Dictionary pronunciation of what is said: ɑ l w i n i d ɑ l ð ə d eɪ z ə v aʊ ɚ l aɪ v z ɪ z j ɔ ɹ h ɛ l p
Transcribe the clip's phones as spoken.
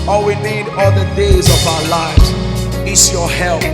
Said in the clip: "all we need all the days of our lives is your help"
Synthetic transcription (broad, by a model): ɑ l w i n i d ɑ l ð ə d eɪ z ə v aʊ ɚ l aɪ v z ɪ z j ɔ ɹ h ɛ l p